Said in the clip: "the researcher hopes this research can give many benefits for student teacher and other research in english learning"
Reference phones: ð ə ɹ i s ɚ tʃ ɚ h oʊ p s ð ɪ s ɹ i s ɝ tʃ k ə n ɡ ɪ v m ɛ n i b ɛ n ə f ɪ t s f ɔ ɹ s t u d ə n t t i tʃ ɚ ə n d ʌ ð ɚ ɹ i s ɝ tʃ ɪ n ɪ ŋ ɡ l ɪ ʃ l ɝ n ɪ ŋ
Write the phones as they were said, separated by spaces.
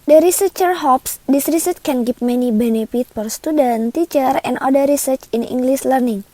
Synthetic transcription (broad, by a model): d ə ɹ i s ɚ tʃ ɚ h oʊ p s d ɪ s ɹ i s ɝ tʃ k ə n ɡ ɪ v m ɛ n i b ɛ n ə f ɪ t f ɔ ɹ s t u d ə n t t i tʃ ɚ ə n d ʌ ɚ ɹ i s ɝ tʃ ɪ n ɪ ŋ ɡ l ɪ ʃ l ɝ n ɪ ŋ